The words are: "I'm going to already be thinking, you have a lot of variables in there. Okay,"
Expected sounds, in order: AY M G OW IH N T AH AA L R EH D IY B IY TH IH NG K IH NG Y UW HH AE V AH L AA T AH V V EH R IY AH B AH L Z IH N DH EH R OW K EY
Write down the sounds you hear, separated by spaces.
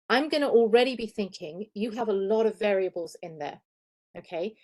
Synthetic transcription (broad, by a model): AY M G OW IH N T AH AA L R EH D IY B IY TH IH NG K IH NG Y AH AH V AH L AA T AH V V EH R IY AH B AH L Z IH N DH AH OW K EY